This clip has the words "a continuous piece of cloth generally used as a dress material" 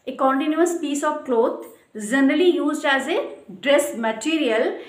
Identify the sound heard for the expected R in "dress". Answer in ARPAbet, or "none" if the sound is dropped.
R